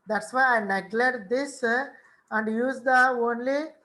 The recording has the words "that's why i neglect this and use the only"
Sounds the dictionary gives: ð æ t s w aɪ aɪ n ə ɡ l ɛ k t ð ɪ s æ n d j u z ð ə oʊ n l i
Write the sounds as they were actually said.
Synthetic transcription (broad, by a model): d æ t s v aɪ aɪ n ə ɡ l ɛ t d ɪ s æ n d j u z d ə oʊ n l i